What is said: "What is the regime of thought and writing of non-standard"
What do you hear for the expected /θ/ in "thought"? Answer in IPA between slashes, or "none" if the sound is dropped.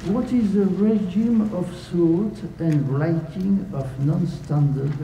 /s/